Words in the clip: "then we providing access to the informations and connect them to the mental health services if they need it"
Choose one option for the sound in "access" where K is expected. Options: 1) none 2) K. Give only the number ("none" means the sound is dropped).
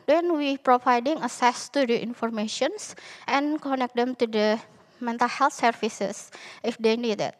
1